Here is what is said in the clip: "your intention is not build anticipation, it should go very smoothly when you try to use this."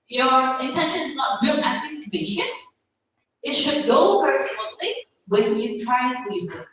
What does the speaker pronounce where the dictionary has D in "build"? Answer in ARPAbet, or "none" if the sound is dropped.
none